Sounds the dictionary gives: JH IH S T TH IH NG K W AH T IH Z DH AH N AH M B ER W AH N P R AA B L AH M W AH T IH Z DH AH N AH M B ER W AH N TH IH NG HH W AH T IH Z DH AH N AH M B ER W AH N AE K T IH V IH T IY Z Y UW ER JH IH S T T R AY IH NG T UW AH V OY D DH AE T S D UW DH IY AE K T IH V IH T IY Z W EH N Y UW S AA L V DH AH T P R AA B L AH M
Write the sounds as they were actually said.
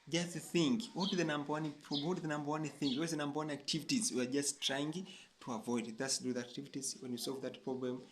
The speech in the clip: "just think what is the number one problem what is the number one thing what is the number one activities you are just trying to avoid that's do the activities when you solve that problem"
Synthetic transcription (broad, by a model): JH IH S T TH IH NG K W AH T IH DH AH N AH M B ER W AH N P R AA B W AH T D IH DH AH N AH M B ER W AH N TH IH NG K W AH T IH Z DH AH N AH M B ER W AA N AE K T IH V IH T IY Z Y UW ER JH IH S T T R AY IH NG T UW AH V OY D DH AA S D UW DH IY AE K T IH V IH T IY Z W EH N Y UW S AA L V DH AH T P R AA B L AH M